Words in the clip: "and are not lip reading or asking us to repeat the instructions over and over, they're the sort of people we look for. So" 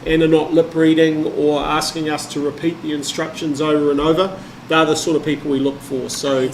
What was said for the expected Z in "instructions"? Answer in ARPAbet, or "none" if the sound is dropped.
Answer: Z